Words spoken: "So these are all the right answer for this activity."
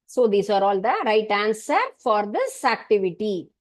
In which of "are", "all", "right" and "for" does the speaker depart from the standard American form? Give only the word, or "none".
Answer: none